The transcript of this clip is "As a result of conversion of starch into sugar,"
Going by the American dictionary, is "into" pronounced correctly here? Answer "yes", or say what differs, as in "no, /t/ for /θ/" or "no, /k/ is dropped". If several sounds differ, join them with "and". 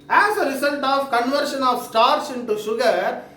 yes